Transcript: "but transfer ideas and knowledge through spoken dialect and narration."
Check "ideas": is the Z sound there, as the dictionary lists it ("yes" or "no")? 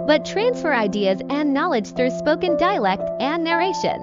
yes